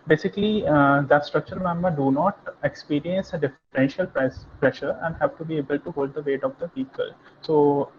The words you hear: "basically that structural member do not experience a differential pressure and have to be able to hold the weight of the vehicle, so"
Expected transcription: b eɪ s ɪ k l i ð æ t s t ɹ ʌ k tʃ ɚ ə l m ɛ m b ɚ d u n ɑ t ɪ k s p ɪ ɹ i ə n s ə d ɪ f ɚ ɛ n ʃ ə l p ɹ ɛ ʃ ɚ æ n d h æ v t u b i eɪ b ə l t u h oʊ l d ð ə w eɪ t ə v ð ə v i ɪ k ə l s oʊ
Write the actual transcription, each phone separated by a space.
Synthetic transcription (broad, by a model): b eɪ s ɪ k l i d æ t s t ɹ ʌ k tʃ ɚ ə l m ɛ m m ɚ d u n ɑ t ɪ k s p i ɹ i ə n s ə d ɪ f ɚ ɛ n ʃ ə l p ɹ ɛ ʃ ɚ æ n d h æ v t u b i eɪ b ə l t u h oʊ l d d ə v eɪ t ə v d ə p i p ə l s oʊ